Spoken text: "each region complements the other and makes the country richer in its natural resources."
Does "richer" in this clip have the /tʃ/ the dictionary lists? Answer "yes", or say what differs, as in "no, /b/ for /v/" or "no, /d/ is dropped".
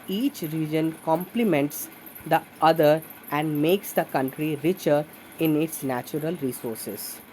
yes